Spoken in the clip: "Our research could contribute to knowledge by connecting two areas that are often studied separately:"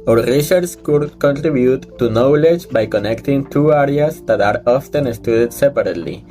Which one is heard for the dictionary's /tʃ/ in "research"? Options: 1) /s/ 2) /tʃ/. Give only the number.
1